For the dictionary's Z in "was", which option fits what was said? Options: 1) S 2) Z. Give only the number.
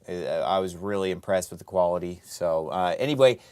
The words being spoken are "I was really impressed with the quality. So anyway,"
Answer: 2